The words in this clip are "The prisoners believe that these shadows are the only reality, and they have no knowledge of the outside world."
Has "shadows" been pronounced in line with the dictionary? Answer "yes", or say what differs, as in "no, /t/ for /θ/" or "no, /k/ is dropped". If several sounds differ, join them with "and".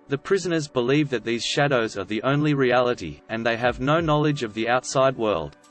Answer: yes